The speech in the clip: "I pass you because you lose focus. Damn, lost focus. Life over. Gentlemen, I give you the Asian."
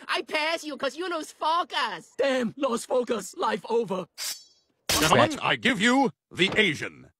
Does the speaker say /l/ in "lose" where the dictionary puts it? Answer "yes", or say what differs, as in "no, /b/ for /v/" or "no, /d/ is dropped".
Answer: no, /n/ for /l/